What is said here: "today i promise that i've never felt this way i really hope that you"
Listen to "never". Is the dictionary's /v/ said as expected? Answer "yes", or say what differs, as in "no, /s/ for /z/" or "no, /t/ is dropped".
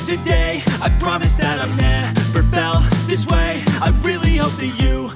no, /b/ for /v/